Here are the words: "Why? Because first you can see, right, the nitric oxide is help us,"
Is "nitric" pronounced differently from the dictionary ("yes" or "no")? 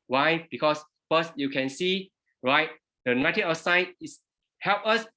yes